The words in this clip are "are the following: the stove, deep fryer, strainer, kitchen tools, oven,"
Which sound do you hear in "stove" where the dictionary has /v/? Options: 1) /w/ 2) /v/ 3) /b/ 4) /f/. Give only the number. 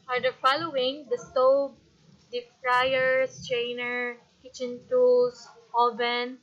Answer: 3